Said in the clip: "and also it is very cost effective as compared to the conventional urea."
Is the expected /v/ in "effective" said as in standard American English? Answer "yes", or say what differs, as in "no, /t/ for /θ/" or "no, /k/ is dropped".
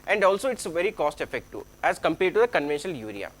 no, /v/ is dropped